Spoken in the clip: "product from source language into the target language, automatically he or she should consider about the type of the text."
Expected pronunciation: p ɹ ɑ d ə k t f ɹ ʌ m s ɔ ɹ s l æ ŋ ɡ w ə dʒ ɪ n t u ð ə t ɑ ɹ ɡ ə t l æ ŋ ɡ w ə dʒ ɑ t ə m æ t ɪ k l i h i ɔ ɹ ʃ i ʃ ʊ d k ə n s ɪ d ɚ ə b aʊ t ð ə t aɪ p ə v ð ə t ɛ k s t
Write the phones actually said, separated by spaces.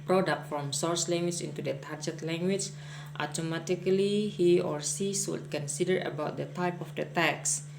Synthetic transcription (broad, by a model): p ɹ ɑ d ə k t f ɹ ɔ m s ɔ ɹ s l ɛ ŋ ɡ w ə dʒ ɪ n t u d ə t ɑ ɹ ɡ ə t l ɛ ŋ ɡ w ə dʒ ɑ t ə m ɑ t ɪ k l i h i ɔ ɹ s i s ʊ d k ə n s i d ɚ ə b aʊ t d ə t aɪ p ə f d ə t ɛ k s